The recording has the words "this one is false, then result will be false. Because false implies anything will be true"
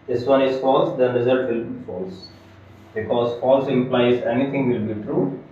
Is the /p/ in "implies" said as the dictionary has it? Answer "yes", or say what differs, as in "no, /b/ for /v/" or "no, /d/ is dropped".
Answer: yes